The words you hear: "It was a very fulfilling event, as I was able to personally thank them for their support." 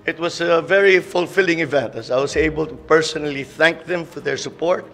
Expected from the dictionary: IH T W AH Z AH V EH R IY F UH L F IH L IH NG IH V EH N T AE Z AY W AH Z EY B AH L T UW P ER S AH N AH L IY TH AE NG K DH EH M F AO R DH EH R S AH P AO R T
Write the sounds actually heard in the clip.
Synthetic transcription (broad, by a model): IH T W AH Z AH V EH R IY F UH L F IH L IH NG IH V EH N T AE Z AY W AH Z EY B AH L T UW P ER S AH N AH L IY TH AE NG K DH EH M F AO R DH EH R S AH P AO R T